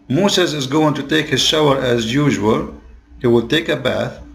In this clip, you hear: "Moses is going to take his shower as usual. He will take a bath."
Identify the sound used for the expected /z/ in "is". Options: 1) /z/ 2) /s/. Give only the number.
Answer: 1